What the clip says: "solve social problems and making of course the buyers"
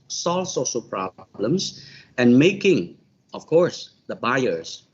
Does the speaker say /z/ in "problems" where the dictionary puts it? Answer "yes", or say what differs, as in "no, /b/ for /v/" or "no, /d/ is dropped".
no, /s/ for /z/